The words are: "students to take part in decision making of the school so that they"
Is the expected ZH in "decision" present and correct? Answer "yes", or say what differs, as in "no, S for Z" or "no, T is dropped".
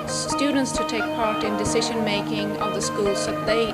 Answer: yes